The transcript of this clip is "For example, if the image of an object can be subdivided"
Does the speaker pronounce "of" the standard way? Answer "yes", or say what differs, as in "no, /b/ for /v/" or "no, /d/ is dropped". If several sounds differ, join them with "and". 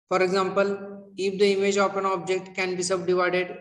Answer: no, /p/ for /v/